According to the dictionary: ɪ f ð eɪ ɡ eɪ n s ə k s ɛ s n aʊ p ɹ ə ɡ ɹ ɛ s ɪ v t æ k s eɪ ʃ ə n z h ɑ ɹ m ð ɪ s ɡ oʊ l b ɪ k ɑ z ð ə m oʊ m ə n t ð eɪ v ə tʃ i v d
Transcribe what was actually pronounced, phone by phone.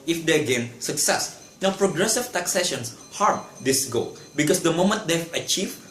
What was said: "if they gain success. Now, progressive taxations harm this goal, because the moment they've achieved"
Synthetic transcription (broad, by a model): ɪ f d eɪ ɡ eɪ n s ə k s ɛ s n aʊ p ɹ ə ɡ ɹ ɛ s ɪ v t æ k s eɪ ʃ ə n s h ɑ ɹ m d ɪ s ɡ oʊ l b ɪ k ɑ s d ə m oʊ m ə n t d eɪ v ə tʃ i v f